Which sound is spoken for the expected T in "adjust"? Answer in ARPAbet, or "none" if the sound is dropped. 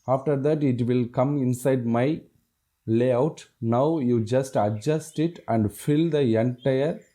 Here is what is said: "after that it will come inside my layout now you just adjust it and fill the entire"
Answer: T